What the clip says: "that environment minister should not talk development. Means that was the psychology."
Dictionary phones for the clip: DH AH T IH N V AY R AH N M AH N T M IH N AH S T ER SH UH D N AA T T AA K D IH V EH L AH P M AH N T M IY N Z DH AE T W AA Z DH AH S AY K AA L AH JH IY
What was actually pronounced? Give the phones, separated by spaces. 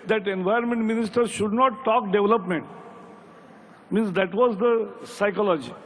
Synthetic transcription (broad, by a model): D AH T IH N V AY AH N M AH N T M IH N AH S T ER SH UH D N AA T T AA K D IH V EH L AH P M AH N T M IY N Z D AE T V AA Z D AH S AY K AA L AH JH IY